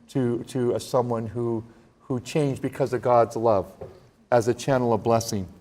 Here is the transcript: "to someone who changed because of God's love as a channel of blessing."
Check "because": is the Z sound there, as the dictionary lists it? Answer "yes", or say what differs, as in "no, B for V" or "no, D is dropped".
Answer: yes